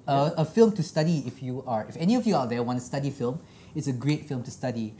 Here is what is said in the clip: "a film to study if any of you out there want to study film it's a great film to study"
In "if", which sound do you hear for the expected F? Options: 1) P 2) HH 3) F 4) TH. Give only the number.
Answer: 3